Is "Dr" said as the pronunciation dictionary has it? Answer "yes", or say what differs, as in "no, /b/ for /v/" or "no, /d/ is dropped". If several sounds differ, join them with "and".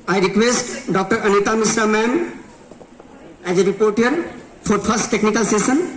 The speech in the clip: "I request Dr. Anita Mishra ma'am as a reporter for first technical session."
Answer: yes